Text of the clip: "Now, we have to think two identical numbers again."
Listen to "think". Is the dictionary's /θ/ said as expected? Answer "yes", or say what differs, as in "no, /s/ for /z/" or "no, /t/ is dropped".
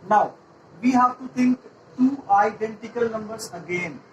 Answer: no, /t/ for /θ/